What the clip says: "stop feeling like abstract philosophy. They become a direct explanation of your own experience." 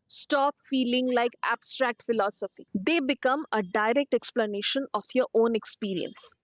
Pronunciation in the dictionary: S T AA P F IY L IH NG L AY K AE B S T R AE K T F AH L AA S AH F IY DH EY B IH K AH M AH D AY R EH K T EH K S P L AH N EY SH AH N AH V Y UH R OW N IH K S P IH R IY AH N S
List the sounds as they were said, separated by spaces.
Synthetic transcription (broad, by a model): S T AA P F IY L IH NG L AY K AE B S T R AE K T F AH L AA S AH F IY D EY B IH K AH M AH D AY R EH K T EH K S P L AH N EY SH AH N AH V Y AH R OW N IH K S P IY R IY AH N S